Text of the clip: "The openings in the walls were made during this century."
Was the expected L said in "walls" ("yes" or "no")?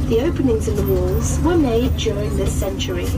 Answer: yes